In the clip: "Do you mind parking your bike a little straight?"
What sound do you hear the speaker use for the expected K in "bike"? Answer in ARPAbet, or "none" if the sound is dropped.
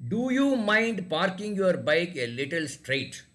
K